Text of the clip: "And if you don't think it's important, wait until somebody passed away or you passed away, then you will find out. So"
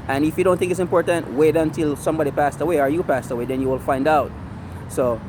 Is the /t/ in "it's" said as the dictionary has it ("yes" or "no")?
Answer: yes